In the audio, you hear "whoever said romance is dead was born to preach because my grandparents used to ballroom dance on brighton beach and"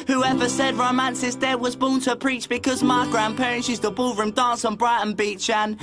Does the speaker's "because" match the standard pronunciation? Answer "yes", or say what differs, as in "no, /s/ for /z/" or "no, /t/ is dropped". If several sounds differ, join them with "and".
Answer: yes